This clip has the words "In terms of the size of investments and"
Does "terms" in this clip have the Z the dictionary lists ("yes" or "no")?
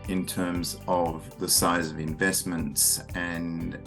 yes